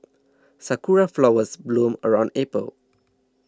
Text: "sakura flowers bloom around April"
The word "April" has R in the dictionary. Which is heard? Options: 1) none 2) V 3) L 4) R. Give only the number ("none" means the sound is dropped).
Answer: 1